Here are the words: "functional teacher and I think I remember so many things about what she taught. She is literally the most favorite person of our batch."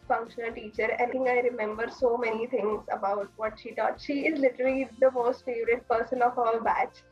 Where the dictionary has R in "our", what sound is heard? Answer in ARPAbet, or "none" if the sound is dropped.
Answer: L